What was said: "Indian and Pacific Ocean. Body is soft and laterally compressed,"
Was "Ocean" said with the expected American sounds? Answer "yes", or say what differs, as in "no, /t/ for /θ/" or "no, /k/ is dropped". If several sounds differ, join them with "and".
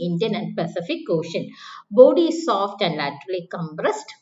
yes